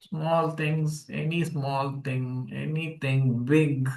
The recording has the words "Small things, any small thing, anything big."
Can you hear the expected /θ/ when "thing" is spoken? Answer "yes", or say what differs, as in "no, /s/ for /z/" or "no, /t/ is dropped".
no, /t/ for /θ/